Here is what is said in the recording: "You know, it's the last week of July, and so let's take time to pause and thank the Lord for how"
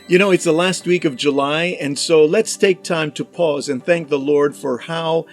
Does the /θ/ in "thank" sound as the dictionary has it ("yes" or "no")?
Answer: yes